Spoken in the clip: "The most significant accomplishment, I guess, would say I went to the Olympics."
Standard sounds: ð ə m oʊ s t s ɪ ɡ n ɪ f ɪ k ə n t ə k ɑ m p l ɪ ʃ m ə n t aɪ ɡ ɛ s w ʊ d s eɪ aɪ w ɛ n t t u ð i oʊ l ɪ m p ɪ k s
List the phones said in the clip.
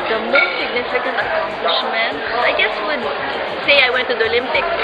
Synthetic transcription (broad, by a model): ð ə m oʊ s t s ɪ ɡ n ɪ f ɪ k ə n t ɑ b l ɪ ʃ m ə n aɪ ɡ ɛ s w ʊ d s eɪ aɪ w ɛ n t t u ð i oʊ l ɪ m p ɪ k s